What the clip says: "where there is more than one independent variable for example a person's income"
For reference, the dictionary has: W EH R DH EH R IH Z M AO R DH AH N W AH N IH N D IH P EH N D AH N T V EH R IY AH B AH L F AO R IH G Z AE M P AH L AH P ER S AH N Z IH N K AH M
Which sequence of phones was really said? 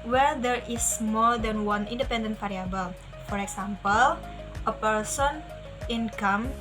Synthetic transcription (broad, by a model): W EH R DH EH R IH S M AO R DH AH N W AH N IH N D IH P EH N D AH N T F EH R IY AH B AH L F AO R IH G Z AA M P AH L AH P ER S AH N IH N K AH M